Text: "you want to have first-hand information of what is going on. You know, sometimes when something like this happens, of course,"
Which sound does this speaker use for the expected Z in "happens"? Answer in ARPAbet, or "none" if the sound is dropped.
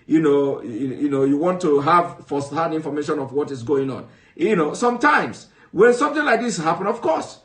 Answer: none